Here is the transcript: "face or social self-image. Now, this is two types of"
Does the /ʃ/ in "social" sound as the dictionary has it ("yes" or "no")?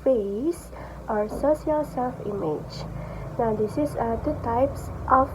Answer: no